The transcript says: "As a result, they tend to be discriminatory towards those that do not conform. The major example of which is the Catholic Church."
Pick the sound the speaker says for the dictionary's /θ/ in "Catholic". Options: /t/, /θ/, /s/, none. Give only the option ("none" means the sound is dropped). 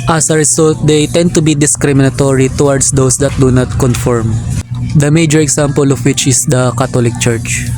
/t/